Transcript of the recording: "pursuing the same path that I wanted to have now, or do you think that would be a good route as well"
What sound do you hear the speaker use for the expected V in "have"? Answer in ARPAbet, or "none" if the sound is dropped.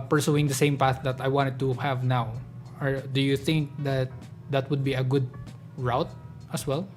V